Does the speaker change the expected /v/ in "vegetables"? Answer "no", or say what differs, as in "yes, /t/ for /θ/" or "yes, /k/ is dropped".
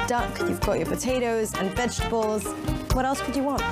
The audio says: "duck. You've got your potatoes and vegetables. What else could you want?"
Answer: no